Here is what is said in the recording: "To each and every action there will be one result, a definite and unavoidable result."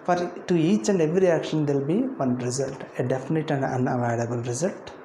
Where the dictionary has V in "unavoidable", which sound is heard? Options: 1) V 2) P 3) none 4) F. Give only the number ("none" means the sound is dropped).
3